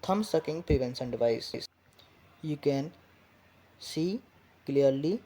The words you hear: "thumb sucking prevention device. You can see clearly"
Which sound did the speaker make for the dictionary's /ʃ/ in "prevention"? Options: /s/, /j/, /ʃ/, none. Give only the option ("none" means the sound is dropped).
/s/